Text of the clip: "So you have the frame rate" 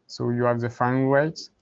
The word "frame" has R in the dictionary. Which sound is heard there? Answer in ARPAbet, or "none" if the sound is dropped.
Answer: none